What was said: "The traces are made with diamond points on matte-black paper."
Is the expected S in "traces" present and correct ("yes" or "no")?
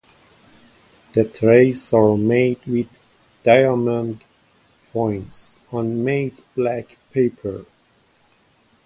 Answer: no